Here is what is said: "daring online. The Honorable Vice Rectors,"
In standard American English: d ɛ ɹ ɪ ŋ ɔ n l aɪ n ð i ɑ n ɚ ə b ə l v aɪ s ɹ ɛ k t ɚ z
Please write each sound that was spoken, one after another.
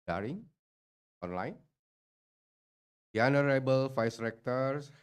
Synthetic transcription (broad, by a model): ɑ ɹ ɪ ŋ ɔ n l aɪ n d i ɑ n ɚ ə b ə l f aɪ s ɹ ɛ k t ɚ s